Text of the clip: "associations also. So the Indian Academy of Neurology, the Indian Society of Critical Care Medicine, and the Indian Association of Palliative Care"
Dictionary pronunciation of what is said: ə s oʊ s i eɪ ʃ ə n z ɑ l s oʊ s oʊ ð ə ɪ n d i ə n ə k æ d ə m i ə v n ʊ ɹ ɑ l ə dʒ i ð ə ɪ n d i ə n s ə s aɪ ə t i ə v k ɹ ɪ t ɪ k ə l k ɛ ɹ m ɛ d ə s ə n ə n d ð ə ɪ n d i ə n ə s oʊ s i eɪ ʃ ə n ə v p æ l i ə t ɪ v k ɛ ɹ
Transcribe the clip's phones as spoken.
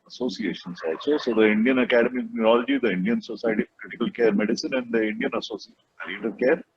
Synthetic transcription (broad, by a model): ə s oʊ s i eɪ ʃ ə n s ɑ s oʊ s oʊ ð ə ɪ n d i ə n ə k æ d ə m i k n ʊ ɹ ɑ l ə dʒ i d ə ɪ n d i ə n s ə s aɪ t i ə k l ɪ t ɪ k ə l k ɛ ɹ m ɛ d ə s ə n ə n d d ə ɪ n d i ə n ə s oʊ s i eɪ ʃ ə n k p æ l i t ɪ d k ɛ ɹ